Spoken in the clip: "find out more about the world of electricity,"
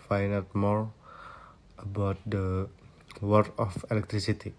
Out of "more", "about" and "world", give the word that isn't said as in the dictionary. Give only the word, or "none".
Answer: world